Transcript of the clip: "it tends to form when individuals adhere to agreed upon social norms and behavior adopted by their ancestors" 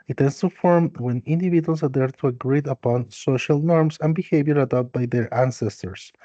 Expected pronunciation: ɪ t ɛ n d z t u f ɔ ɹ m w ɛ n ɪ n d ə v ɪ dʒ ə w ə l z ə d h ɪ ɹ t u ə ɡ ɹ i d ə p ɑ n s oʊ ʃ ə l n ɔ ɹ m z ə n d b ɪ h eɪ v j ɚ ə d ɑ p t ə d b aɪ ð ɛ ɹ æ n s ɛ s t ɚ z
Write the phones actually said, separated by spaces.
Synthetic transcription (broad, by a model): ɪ t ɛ n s t u f ɔ ɹ m w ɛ n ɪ n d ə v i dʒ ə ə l s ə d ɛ ɹ t u ə ɡ ɹ i d ə p ɑ n s oʊ ʃ ə l n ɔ ɹ m s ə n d b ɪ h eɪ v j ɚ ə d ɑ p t b aɪ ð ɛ ɹ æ n s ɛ s t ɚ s